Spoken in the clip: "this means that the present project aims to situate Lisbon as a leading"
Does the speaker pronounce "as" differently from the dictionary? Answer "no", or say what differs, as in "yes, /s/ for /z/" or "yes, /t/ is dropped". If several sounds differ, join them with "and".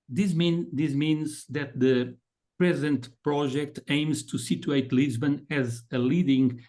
no